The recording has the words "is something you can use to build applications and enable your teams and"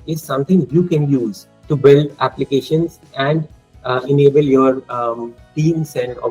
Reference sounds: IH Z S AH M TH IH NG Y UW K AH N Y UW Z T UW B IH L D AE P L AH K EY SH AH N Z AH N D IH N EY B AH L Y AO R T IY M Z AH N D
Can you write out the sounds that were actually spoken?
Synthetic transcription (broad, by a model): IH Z S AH M T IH NG Y UW K AH N Y UW Z T UW B IH L D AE P L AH K EY SH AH N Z AH N D IH N EY B AH L Y AO R T IY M S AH N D